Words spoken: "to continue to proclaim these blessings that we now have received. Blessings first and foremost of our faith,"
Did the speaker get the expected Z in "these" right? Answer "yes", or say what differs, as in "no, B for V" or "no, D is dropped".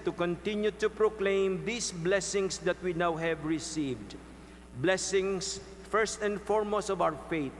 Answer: no, S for Z